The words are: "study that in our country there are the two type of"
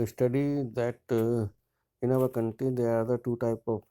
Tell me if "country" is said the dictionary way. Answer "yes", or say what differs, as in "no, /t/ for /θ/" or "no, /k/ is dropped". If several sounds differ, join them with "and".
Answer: no, /ɹ/ is dropped